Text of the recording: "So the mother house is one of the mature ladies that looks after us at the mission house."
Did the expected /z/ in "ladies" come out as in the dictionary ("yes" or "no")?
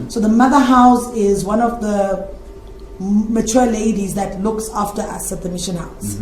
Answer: yes